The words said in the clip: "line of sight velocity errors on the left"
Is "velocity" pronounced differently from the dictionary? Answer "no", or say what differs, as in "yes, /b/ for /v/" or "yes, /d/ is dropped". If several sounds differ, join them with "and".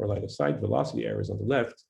no